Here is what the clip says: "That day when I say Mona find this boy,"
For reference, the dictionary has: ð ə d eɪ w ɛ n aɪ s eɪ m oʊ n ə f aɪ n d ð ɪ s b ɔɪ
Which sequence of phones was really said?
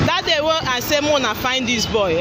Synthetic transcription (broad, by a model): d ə d eɪ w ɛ aɪ s eɪ m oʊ n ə f aɪ n d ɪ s b ɔɪ